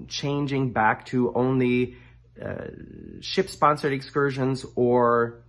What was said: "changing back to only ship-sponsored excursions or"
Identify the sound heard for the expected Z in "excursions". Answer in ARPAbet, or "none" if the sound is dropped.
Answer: Z